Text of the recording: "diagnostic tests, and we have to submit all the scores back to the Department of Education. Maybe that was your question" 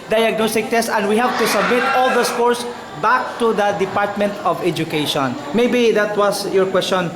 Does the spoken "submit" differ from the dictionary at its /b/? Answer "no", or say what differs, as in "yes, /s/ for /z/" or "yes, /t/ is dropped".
no